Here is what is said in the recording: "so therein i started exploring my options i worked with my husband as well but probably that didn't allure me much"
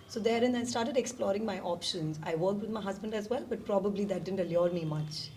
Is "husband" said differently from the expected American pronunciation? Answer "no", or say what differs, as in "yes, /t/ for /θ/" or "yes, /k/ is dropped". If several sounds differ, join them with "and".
no